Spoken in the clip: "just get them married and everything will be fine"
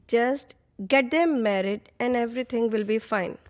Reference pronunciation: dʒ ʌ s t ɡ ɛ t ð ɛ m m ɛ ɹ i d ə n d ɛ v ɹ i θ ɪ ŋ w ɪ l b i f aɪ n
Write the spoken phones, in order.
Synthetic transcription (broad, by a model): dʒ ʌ s t ɡ ɛ t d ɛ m m ɛ ɹ i d ə n d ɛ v ɹ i t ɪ ŋ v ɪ l b i f aɪ n